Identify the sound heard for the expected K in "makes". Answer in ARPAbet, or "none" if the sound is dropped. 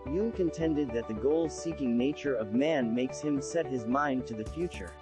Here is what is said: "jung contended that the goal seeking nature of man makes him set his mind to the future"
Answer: K